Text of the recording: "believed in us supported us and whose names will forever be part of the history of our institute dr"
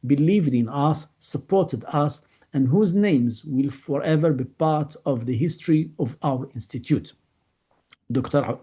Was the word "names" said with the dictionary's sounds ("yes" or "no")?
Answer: yes